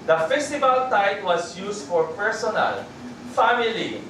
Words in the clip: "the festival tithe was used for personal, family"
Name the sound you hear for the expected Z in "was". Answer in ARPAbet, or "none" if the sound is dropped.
S